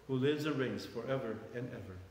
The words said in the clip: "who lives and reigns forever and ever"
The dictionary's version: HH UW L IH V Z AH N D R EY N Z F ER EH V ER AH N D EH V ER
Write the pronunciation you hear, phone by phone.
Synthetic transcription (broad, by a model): HH UW L IH V Z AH N R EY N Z F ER EH V ER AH N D EH V ER